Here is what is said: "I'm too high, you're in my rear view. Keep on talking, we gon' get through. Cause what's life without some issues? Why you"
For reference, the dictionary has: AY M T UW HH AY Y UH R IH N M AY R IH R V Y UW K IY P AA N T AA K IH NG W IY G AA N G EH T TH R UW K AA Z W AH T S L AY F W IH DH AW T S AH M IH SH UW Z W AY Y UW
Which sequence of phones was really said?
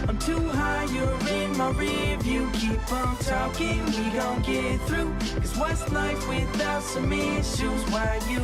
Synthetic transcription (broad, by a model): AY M T UW HH AY Y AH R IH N M AY R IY V Y UW K IY P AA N T AA K IH NG W IY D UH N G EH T TH R UW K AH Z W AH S N AY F W IH DH AW T S AH M IH SH UW Z W AY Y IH